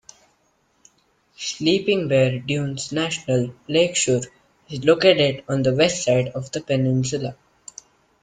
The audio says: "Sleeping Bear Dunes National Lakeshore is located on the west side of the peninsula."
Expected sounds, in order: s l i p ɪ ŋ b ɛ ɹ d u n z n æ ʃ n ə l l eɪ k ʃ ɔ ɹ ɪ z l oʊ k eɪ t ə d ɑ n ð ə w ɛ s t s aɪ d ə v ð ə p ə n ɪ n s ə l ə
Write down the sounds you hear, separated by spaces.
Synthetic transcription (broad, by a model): s l i p ɪ ŋ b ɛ ɹ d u n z n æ ʃ n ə l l eɪ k ʃ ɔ ɹ ɪ z l oʊ k eɪ t ə d ɑ n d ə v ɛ s t s aɪ d ə v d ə p ə n ɪ n s ə l ə